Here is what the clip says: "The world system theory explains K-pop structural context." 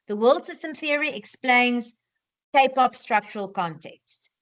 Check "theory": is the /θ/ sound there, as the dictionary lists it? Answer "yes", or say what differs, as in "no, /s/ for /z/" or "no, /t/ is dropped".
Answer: yes